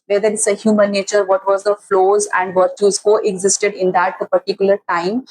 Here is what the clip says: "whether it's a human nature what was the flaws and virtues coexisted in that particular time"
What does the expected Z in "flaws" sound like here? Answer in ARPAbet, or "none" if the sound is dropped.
Z